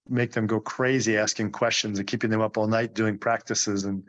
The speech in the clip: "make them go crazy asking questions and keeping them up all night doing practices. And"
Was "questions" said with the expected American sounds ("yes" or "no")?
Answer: yes